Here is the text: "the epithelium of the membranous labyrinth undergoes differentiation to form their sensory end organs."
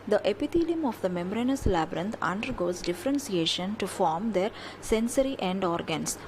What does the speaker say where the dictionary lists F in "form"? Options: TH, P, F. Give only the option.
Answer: F